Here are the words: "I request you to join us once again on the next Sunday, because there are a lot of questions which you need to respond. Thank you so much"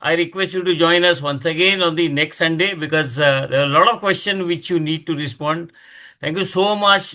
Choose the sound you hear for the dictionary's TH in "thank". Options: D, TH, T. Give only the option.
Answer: T